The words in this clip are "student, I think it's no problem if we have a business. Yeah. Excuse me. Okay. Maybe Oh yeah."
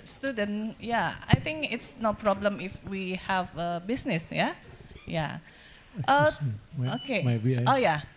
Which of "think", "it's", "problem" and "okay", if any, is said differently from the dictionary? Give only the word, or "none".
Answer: think